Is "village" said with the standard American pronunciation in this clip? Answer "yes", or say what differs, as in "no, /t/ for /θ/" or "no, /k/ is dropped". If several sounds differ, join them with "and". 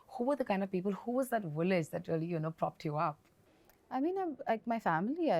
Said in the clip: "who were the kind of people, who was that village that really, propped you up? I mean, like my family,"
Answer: no, /w/ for /v/